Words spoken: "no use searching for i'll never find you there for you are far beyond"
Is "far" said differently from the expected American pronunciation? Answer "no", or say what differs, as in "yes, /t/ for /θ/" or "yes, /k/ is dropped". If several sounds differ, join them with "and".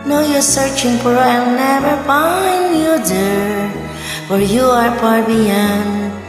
yes, /p/ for /f/